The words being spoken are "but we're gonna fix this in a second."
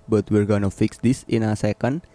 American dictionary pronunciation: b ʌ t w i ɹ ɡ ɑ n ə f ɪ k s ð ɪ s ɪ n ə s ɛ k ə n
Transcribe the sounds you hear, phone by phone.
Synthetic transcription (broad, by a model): b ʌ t w i ɹ ɡ ɑ n ə f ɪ k s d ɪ s ɪ n ə s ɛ k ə n